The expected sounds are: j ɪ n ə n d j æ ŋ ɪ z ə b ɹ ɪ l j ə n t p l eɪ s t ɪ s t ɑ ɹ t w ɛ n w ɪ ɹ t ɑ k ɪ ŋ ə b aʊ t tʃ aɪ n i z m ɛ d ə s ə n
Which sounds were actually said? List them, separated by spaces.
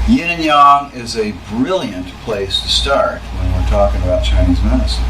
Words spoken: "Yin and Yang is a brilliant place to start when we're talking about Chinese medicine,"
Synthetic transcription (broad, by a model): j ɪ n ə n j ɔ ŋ ɪ z ə b ɹ ɪ l j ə n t p l eɪ s t ɪ s t ɑ ɹ t w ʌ n w ɪ ɹ t ɑ k ɪ ŋ ə b aʊ t tʃ aɪ n i z m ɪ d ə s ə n